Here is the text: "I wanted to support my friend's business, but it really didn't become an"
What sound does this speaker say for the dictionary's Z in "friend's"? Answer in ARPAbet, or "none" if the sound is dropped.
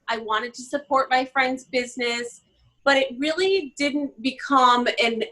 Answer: Z